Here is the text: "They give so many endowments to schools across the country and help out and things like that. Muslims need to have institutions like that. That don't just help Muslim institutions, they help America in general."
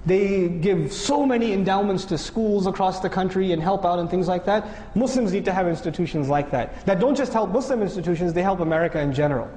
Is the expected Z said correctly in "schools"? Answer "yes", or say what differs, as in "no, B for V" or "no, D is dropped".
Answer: yes